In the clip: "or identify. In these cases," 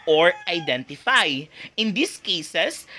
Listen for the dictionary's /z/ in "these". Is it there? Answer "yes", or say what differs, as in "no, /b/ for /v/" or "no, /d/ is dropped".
no, /s/ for /z/